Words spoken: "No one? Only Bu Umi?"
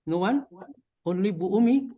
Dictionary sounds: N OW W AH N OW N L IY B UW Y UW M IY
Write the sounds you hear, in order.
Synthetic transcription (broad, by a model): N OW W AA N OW L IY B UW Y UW M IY